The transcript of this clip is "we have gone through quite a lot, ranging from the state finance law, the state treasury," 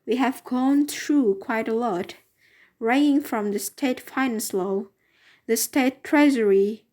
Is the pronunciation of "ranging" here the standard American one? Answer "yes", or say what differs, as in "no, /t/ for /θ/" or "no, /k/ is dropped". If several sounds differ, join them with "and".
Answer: no, /dʒ/ is dropped